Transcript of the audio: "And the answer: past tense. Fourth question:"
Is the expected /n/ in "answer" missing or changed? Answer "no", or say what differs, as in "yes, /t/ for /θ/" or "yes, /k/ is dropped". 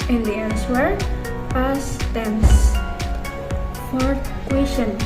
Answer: yes, /l/ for /n/